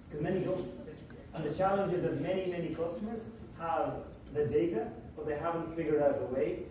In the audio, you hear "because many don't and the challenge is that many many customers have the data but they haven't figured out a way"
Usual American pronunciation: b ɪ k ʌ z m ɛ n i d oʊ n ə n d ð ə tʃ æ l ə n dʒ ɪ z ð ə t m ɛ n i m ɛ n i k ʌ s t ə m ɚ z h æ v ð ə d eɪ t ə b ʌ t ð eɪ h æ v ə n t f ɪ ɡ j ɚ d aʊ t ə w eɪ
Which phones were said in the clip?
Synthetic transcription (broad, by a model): k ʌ z m ɛ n i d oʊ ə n ð ə tʃ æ l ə n dʒ ɪ z ð ə t m ɛ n i m ɛ n i k ʌ s t ə m ɚ z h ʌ v ð ə d eɪ t ə b ʌ t ð eɪ h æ v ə n t f ɪ ɡ j ɚ d aʊ t ə w eɪ